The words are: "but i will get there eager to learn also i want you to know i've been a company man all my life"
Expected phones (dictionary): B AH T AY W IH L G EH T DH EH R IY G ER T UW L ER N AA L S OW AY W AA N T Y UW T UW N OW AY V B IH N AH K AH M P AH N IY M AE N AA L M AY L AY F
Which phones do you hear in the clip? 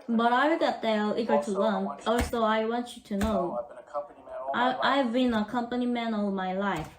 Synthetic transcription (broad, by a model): B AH T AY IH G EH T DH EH L IY G ER T UW L ER N AA L S OW AY W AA N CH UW T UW N OW AY V B IH N AH K AH M P AH N IY M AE N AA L M AY L AY F